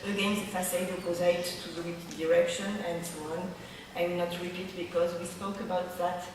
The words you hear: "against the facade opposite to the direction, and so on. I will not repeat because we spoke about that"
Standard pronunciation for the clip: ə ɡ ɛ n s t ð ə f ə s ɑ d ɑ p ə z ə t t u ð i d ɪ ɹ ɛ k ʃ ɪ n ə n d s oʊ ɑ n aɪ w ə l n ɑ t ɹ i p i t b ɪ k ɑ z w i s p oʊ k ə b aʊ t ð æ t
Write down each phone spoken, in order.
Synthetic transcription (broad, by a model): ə ɡ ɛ n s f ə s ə ɪ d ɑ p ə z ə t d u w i d ɪ ɹ ɛ k ʃ ɪ n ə n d s oʊ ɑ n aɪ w n ɑ t ɹ i p i t b ɪ k ɑ z w i s p oʊ k ə b aʊ t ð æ t